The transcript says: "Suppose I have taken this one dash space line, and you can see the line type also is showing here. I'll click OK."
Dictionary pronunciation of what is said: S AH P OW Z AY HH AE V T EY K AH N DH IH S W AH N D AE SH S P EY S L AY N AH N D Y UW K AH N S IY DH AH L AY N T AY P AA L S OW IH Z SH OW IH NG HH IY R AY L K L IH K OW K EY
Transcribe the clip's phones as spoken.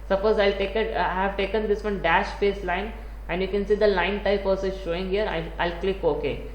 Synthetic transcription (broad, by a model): S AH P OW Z AY HH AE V T EY K AH N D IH S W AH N D AE SH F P EY S L AY N AH N D Y UW K AH N S IY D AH L AY N T AY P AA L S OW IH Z SH OW IH NG HH IY R AY L K L IH K OW K EY